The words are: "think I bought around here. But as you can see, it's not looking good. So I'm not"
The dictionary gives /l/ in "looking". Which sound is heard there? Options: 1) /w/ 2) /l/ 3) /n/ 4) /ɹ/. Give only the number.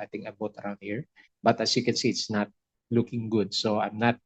2